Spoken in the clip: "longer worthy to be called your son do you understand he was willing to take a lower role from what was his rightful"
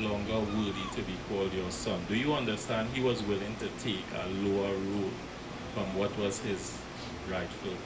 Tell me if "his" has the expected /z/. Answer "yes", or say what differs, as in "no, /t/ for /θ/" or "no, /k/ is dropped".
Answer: yes